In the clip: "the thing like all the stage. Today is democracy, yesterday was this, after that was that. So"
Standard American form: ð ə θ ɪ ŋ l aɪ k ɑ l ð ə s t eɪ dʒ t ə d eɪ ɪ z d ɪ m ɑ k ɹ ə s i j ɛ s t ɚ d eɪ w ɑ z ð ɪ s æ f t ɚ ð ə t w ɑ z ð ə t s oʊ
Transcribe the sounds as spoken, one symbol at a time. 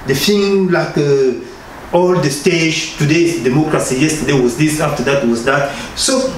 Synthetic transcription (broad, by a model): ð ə f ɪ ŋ l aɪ k ɑ l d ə s t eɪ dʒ t ə d eɪ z d ɪ m ɑ k ɹ ə s i j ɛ s t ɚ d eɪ w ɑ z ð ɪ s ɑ f t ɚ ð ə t w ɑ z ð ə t s oʊ